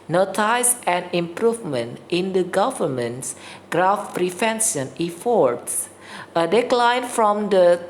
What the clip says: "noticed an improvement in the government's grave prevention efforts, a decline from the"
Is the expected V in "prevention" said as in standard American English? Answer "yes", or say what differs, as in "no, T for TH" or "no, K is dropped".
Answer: no, F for V